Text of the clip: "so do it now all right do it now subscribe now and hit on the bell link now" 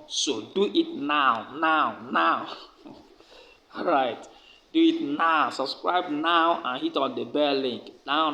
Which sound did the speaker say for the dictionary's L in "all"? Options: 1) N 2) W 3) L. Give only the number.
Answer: 1